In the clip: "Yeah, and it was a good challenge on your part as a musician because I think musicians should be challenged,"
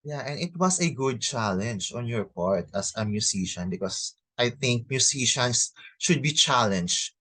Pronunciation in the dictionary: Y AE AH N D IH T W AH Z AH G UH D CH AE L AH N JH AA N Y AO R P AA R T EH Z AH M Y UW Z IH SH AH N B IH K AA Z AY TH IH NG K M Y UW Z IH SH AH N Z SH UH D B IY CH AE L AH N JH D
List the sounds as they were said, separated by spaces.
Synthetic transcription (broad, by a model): Y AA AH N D IH T W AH S AH G UH D CH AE L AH N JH AA N Y AO R P AA R T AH S AH M Y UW S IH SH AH N B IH K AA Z AY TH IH NG K M Y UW S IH SH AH N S SH UH D B IY CH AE L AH N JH